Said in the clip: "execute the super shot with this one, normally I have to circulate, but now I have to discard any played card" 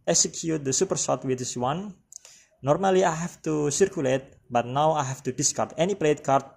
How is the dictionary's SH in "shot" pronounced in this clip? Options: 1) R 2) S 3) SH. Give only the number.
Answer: 2